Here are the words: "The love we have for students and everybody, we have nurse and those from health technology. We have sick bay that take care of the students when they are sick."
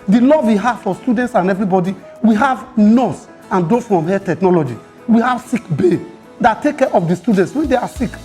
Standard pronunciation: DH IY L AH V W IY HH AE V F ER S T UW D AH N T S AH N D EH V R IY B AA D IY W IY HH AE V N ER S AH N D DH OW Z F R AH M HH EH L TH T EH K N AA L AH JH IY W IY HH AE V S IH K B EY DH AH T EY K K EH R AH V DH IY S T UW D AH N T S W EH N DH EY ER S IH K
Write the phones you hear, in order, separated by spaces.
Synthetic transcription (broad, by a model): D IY L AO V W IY HH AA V F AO S T UW D AH N T S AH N EH V R IY B AA D IY W IY HH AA V N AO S AH N D OW F R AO M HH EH T EH K N AA L AH JH IY W IY HH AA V S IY K B EY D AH T EY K K EH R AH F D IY S T UW D AH N T S W EH N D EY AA S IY K